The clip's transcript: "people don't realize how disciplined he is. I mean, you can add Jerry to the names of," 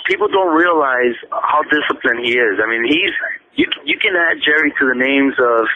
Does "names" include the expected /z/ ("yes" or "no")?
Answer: yes